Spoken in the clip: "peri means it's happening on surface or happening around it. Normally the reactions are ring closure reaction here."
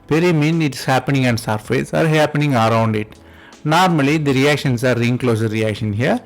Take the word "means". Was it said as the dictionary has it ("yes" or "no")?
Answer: no